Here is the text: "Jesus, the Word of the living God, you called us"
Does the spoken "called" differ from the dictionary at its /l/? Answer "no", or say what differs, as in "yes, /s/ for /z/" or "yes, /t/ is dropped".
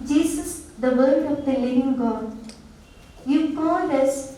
yes, /n/ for /l/